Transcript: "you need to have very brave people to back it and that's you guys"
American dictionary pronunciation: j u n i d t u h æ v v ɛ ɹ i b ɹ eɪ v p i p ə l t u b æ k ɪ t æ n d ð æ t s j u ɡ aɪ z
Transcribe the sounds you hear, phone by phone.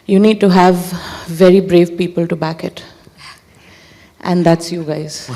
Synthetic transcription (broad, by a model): j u n i d t u h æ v v ɛ ɹ i b ɹ eɪ v p i p ə l t u b æ k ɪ t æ n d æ t s j u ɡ aɪ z